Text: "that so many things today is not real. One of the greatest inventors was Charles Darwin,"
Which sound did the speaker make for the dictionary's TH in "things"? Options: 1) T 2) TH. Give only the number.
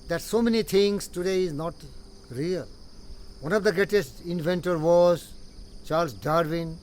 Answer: 1